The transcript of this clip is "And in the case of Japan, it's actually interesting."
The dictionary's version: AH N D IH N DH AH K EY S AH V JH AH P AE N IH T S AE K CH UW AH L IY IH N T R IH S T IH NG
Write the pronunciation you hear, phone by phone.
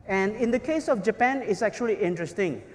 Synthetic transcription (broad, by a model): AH N D IH N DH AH K EY S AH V JH AH P AE N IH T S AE K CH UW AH L IY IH N T R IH S T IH NG